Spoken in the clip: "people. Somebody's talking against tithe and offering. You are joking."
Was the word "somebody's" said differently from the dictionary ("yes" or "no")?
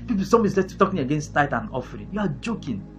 yes